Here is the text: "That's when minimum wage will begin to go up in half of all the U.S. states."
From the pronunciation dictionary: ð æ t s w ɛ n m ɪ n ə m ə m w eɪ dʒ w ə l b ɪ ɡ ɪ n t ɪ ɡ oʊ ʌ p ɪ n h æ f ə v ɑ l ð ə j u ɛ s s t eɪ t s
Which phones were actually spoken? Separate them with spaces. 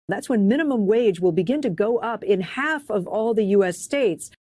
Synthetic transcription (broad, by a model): ð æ t s w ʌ n m ɪ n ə m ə m w eɪ dʒ w ə l b ɪ ɡ ɪ n t ɪ ɡ oʊ ʌ p ɪ n h æ f ə v ɑ l ð ə j u ɛ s s t eɪ t s